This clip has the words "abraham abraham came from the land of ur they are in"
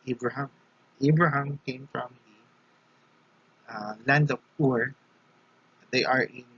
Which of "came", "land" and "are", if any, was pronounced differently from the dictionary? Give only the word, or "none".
none